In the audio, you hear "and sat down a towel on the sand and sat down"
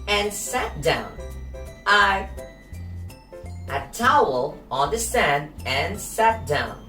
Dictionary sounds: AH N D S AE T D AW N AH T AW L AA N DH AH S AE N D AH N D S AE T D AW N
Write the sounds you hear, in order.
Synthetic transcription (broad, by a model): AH N S AE T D AW N AH T AW L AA N DH AH S AE N D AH N S AE T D AW N